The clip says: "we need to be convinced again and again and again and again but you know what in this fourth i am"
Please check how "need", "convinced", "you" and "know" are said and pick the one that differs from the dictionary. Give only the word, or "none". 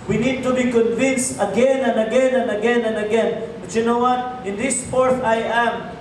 none